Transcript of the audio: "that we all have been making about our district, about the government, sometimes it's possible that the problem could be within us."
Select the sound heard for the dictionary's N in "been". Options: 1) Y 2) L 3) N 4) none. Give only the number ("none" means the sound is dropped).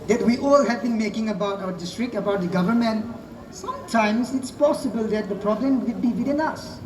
3